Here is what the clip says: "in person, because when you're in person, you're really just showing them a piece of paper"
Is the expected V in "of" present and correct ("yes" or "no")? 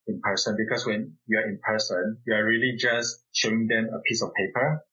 no